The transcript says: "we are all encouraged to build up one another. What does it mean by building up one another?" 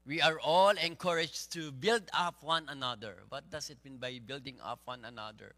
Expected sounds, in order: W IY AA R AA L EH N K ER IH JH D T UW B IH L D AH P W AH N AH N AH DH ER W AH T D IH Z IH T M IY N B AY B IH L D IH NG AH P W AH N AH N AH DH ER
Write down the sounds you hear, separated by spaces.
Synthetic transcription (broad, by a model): W IY AA R AA L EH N K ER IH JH T UW B IH L D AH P W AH N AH N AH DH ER W AH T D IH S IH T M IY N B AY B IH L D IH NG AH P W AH N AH N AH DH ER